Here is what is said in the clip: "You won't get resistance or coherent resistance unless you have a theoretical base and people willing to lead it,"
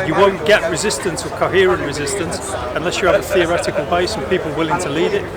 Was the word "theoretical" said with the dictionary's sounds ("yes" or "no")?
yes